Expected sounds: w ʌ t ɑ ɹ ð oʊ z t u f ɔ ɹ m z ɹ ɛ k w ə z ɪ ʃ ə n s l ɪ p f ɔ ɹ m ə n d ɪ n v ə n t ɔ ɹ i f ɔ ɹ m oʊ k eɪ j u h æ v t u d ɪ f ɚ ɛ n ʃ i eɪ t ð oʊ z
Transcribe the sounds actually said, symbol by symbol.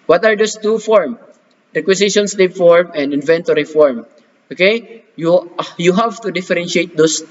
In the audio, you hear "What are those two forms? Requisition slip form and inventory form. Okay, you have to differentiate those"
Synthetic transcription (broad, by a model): w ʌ t ɑ ɹ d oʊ s t u f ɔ ɹ m ɹ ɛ k w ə s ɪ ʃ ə n s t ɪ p f ɔ ɹ m ə n d ɪ n v ə n t ɔ ɹ i f ɔ ɹ m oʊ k eɪ j u h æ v t u d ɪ f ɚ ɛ n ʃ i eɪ t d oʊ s